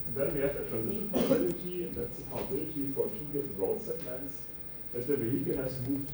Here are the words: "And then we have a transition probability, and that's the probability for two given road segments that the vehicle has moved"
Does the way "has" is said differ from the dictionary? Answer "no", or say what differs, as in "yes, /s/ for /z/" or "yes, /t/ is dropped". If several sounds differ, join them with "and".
yes, /s/ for /z/